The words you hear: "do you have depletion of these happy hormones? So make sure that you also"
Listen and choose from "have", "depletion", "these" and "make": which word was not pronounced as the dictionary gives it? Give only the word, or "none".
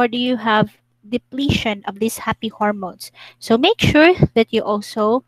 these